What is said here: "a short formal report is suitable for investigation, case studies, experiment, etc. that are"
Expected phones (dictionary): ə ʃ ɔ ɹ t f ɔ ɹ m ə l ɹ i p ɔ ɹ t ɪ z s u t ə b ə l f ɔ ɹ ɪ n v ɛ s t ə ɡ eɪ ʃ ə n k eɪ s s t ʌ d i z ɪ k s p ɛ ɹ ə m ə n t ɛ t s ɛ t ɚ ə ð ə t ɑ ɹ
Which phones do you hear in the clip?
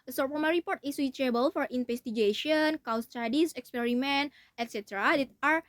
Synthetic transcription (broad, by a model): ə s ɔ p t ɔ m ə ɹ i p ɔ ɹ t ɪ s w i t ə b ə l f ɔ ɹ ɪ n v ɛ s t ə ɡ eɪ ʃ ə n k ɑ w s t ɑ d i s ɪ k s p ɛ ɹ ə m ə n t ɛ t s ɛ t ɚ ə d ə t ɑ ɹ